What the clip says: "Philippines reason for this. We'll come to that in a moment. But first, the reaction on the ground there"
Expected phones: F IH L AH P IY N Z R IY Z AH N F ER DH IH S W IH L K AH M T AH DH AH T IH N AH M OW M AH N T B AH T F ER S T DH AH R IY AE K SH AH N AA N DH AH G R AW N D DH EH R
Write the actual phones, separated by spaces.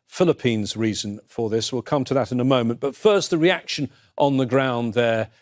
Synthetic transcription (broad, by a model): F IH L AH P IY N Z R IY Z AH N F ER DH IH S W IH L K AH M T AH DH AH T IH N AH M OW M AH N B AH T F ER S T DH AH R IY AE K SH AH N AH N DH AH G R AW N DH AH R